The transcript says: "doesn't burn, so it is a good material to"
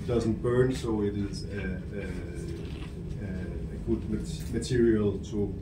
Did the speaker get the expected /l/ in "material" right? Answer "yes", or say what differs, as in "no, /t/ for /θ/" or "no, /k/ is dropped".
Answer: yes